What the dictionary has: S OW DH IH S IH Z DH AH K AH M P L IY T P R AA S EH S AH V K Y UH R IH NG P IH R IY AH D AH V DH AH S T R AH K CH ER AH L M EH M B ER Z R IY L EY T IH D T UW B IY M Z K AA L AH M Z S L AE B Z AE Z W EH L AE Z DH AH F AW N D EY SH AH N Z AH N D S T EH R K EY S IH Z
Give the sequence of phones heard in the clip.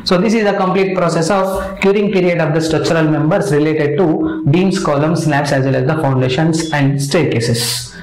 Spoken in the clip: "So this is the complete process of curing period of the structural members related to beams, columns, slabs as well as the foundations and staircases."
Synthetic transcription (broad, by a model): S OW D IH S IH Z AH K AH M P L IY T P R AA S EH S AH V K Y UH R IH NG P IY R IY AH D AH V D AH S T R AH K CH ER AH L M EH M B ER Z R IY L EY T IH D T UW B IY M S K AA L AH M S S N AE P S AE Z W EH L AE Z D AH F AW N D EY SH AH N S AH N D S T EH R K EY S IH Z